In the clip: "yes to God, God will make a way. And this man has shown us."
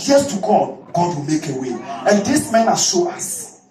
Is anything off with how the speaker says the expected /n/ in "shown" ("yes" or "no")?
yes